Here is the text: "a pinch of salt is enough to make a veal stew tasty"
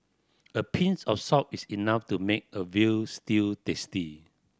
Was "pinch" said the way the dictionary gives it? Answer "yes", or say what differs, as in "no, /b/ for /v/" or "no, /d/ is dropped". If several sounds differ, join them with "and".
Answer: no, /s/ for /tʃ/